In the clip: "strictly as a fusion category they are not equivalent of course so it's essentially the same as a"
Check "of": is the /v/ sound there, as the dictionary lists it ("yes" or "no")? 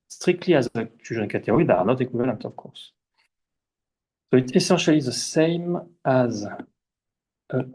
no